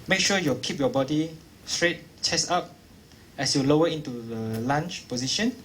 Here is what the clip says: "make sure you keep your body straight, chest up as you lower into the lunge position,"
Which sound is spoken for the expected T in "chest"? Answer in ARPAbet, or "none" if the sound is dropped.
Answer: none